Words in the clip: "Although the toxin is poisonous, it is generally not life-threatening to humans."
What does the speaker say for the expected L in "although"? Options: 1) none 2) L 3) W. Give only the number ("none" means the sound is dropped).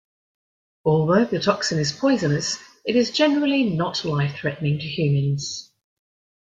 2